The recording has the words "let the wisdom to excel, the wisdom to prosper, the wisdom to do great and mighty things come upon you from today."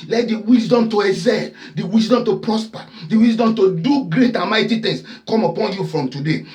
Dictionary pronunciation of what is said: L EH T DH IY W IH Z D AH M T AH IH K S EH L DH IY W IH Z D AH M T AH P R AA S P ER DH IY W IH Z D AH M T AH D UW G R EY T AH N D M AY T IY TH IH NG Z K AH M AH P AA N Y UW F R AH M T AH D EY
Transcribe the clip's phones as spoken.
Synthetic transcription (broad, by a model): L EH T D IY W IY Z D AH M T AH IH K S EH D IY W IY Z D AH M T AH P R AA S P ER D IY W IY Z D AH M T AH D UW G R EY T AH N M AY T IY T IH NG S K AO M AH P AA N Y UW F R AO M T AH D EY